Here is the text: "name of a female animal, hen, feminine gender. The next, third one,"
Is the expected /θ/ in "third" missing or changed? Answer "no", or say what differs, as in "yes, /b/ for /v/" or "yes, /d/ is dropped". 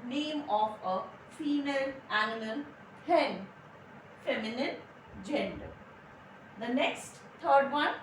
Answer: yes, /t/ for /θ/